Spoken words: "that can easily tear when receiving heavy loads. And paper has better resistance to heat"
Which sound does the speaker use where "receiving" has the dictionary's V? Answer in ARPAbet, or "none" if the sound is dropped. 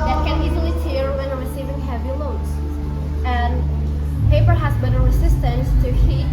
V